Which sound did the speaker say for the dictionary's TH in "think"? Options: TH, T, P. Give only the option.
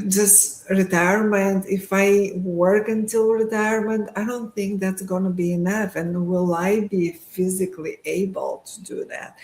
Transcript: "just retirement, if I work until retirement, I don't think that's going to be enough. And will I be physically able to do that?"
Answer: TH